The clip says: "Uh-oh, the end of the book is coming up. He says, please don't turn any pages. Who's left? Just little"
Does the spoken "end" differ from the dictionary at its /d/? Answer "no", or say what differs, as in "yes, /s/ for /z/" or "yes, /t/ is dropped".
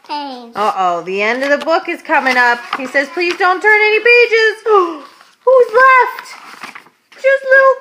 no